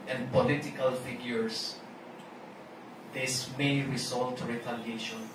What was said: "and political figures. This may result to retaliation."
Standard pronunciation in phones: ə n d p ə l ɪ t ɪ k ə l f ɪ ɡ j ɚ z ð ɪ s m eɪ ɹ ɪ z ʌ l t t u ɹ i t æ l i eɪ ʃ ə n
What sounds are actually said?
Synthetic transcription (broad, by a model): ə n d p ə l ɪ t ɪ k ə l f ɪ ɡ j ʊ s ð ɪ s m eɪ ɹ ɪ s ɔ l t t u ɹ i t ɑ l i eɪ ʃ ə n